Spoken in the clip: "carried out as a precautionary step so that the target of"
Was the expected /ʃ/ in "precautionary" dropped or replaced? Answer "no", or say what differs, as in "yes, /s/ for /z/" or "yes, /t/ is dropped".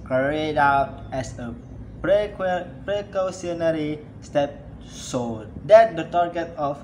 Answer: yes, /s/ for /ʃ/